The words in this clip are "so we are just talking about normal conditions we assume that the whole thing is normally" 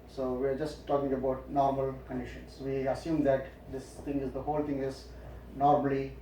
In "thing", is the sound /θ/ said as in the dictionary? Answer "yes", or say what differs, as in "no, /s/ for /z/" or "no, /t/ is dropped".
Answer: no, /t/ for /θ/